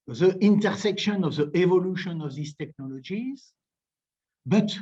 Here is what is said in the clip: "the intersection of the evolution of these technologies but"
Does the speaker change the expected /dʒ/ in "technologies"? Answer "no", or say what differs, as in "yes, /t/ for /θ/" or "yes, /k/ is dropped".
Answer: no